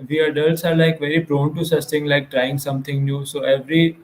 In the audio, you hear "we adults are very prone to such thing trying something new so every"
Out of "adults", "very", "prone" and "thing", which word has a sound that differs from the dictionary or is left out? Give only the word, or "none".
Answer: thing